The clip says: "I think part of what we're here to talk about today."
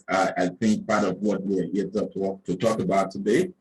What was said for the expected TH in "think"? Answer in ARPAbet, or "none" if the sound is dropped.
TH